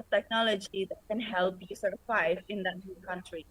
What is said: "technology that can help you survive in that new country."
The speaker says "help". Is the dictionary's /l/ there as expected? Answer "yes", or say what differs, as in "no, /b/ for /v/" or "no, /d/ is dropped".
yes